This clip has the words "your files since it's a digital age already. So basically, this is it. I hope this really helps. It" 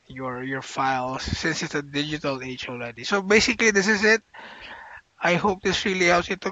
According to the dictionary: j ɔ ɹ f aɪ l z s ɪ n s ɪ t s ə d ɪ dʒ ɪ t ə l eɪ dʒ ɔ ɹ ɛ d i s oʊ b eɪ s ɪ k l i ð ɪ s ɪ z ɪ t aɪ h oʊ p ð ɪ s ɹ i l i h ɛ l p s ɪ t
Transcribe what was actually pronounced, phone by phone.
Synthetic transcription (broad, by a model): j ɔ ɹ f aɪ l s ɪ n s ɪ t s ə d ɪ dʒ ɪ t ə l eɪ tʃ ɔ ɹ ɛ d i s oʊ b eɪ s ɪ k l i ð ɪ s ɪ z ɪ t aɪ h oʊ p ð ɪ s ɹ i l i h ɛ l p s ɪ t